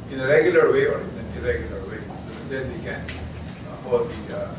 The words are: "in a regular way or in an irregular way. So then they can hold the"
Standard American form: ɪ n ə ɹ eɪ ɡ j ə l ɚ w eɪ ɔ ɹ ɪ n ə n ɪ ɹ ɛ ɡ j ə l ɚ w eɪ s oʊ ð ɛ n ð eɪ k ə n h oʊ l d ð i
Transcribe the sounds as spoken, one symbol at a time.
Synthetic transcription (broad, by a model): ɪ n ə ɹ eɪ ɡ j ə l ɚ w eɪ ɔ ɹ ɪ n ə n ɪ ɹ ɛ ɡ j ə l ɚ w eɪ s oʊ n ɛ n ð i k ə n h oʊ d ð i